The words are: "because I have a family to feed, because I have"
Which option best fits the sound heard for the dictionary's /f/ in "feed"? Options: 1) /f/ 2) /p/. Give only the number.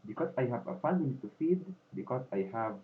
1